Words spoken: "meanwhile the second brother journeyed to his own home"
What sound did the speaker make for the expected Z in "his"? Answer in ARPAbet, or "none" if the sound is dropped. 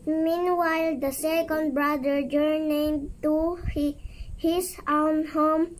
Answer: S